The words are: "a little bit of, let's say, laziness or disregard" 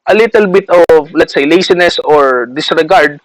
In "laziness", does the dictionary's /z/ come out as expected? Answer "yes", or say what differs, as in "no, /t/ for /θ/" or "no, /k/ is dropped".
no, /s/ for /z/